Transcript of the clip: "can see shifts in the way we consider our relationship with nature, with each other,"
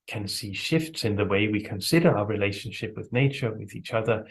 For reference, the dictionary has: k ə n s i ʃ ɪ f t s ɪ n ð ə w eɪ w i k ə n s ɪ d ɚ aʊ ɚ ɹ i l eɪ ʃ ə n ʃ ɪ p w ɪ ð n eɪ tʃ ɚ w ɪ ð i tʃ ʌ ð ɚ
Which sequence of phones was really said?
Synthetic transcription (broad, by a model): k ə n s i ʃ ɪ f t s ɪ n ð ə w eɪ w i k ə n s ɪ d ɚ aʊ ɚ ɹ i l eɪ ʃ ə n ʃ ɪ p w ɪ ð n eɪ tʃ ɚ w ɪ ð i tʃ ʌ ð ɚ